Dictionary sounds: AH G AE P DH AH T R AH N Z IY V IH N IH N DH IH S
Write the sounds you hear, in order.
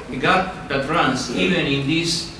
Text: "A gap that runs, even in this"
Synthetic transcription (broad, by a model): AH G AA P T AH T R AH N S IY V IH N IH N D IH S